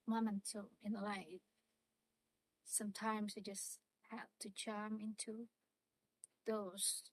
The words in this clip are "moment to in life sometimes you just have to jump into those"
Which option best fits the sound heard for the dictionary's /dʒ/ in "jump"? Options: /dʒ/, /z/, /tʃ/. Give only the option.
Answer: /tʃ/